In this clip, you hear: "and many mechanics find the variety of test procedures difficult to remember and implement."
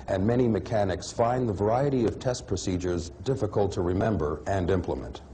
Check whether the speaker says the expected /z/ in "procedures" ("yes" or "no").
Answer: yes